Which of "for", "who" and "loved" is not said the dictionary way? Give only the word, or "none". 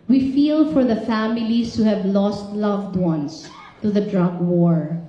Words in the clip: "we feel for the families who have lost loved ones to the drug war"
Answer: none